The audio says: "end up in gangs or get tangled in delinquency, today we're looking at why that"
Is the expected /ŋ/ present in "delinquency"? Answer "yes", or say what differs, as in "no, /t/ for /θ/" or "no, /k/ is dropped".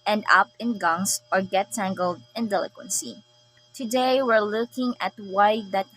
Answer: no, /ŋ/ is dropped